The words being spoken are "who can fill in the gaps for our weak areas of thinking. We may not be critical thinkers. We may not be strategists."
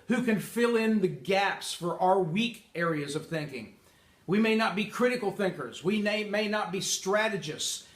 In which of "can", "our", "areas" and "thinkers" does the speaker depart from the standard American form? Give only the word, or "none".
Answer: none